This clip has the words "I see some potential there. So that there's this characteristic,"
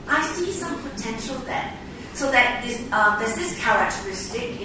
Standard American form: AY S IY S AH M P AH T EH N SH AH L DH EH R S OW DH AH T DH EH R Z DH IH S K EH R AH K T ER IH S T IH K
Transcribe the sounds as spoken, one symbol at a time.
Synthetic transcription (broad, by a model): AY S IY S AH M P AH T EH N SH AH L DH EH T S OW DH AH T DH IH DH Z DH IH S K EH R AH K T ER IH S T IH K